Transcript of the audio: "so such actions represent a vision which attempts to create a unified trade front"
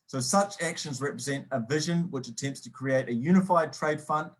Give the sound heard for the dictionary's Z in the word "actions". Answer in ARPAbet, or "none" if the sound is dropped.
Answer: Z